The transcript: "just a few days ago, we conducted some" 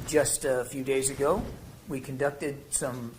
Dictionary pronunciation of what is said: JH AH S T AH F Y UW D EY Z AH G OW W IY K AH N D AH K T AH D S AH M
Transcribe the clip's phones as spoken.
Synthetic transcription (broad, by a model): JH AH S T AH F Y UW D EY Z AH G OW W IY K AH N D AH K T AH D S AH M